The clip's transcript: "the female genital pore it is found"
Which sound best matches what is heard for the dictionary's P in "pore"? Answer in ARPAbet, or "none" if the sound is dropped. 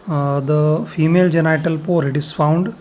P